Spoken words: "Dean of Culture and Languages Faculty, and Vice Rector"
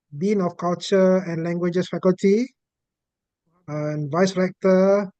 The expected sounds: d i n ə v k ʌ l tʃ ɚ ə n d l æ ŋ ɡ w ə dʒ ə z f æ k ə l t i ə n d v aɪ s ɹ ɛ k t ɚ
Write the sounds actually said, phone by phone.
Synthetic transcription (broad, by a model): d i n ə f k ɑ l tʃ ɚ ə n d l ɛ ŋ ɡ w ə dʒ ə s f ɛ k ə l t i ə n v aɪ s ɹ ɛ k t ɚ